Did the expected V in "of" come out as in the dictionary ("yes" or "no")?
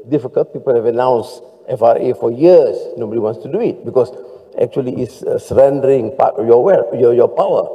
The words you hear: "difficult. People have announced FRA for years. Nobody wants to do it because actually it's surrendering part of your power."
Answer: no